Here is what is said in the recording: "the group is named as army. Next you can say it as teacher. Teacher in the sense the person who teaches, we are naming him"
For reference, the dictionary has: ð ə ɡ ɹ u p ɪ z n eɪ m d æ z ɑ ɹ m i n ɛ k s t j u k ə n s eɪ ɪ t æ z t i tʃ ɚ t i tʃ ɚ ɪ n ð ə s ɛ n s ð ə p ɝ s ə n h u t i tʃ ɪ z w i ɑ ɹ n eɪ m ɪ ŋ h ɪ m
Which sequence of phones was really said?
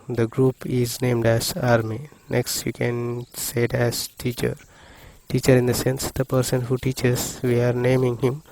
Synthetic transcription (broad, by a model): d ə ɡ ɹ u p ɪ z n eɪ m d æ z ɑ ɹ m i n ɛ k s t j u k ə n s eɪ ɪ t æ z t i tʃ ɚ t i tʃ ɚ ɪ n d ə s ɛ n s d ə p ɝ s ə n h u t i tʃ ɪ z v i ɑ ɹ n eɪ m ɪ ŋ h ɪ m